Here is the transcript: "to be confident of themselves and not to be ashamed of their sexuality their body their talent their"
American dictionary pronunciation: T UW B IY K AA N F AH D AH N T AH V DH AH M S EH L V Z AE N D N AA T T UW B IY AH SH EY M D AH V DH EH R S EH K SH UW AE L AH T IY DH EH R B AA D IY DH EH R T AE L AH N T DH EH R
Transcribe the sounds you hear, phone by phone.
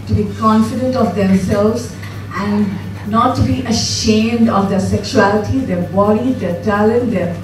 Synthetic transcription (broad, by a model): T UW B IY K AA N F AH D AH N T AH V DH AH M S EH L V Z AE N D N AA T T UW B IY AH SH EY M D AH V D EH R S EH K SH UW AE L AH T IY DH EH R B AA D IY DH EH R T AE L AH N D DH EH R